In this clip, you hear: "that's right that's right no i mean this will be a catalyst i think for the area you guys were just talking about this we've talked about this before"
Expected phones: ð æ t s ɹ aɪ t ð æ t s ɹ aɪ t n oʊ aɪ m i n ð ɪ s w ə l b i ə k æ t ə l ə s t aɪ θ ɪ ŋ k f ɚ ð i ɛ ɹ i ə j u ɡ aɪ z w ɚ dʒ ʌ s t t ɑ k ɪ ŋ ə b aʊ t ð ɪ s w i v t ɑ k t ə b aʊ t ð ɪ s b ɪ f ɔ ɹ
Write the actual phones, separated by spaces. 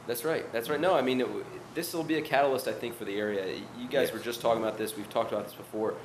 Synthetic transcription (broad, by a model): ð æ t s ɹ aɪ t ð æ t s ɹ aɪ t n oʊ aɪ m i n ð ɪ s l b i ə k æ t l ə s t aɪ θ ɪ ŋ k f ɚ ð i ɛ ɹ i ə j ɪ ɡ aɪ z w ɚ dʒ ʌ s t t ɑ k ɪ ŋ ə b aʊ t ð ɪ s w i v t ɑ k t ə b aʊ t ð ɪ s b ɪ f ɔ ɹ